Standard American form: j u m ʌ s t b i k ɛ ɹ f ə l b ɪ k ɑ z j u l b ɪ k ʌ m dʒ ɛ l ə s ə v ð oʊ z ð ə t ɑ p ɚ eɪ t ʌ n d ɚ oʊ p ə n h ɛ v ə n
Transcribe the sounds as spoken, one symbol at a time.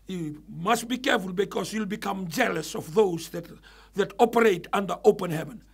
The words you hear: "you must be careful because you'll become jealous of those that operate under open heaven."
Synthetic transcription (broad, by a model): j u m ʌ s t b i k ɛ ɹ f ə l b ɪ k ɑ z j u l b ɪ k ʌ m dʒ ɛ l ə s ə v ð oʊ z ð ə t ɑ p ɚ eɪ t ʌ n d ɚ oʊ p ə n h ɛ v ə n